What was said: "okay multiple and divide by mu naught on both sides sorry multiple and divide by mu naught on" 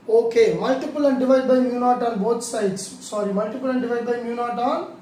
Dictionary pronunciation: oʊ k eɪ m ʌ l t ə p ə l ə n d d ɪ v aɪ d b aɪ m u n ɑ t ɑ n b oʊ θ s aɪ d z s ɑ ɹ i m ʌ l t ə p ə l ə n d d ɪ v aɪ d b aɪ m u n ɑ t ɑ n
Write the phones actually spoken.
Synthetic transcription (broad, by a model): oʊ k eɪ m ʌ l t ə p ə l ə n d d ɪ v aɪ d b aɪ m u n ɑ t ɑ n b oʊ t s aɪ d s s ɑ ɹ i m ʌ l t ə p ə l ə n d d ɪ v aɪ d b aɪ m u n ɑ t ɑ n